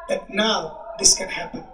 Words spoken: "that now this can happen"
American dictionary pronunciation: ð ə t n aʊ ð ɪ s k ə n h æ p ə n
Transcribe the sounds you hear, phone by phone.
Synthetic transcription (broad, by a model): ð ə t n aʊ ð ɪ s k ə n h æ p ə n